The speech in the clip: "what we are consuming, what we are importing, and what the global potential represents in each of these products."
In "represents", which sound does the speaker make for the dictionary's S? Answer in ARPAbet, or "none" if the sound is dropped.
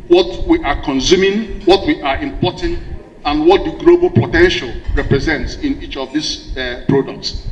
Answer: S